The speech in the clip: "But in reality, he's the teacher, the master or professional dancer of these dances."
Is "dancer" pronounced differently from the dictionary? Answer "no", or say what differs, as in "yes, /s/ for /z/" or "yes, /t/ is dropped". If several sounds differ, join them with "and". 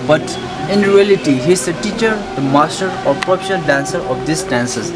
no